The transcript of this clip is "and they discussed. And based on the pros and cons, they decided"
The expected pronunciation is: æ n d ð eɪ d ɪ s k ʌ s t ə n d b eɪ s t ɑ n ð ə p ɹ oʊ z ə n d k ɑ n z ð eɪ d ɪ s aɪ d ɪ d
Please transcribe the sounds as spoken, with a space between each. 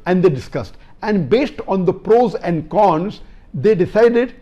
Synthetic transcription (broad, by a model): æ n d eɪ d ɪ s k ʌ s t ə n d b eɪ s t ɑ n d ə p ɹ oʊ z ə n d k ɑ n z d eɪ d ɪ s aɪ d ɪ d